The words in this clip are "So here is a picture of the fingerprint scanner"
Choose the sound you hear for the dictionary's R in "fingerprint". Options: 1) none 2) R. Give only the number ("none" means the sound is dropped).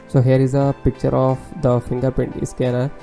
1